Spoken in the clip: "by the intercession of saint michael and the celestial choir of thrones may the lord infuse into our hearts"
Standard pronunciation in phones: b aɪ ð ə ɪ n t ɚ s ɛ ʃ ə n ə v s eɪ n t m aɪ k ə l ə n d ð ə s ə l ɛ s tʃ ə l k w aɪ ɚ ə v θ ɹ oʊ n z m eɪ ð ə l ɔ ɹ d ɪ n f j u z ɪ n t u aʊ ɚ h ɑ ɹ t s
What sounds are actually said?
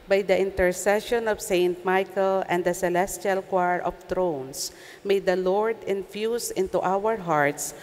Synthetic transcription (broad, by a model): b aɪ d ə ɪ n t ɚ s ɛ ʃ ə n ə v s eɪ n t m aɪ k ə l ə n d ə s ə l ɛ s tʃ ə l k w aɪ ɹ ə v t ɹ oʊ n s m eɪ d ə l ɔ ɹ d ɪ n f j u s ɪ n t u aʊ ɚ h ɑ ɹ t s